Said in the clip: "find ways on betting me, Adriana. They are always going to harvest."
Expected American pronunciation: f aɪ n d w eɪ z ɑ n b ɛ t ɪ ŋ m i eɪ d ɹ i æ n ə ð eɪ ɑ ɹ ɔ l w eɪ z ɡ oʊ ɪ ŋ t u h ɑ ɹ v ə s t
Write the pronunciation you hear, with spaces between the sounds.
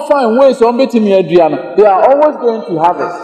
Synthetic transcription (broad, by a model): f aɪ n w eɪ s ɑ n b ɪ t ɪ m i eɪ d i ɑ n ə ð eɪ ɑ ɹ ɔ l w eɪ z ɡ oʊ ɪ ŋ t u h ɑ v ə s